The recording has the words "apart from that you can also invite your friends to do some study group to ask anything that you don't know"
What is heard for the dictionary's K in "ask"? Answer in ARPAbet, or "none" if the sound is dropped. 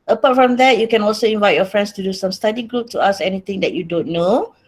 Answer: none